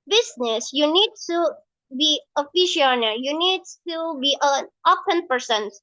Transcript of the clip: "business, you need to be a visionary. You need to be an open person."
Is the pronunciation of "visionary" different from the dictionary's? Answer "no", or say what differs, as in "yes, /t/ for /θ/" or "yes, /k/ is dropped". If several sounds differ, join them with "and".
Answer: yes, /f/ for /v/ and /ʃ/ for /ʒ/